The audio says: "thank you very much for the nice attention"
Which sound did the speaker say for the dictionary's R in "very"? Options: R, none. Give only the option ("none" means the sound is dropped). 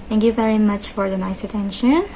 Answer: R